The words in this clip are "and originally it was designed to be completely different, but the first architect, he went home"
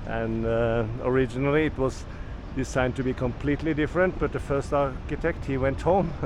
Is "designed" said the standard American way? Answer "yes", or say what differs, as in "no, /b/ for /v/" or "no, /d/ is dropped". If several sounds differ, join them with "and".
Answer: no, /s/ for /z/